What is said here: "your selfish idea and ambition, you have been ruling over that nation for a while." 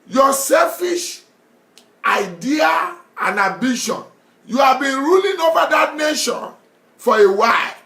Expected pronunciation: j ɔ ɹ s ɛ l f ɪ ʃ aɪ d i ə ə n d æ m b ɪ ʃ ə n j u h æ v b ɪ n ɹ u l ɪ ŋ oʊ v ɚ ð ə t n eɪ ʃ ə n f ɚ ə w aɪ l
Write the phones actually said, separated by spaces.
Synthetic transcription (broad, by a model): j ɔ s ɛ l f ɪ ʃ aɪ d i ə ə n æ b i ʃ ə n j u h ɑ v b ɪ n ɹ u l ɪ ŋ oʊ v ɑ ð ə t n eɪ ʃ ə n f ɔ ə w aɪ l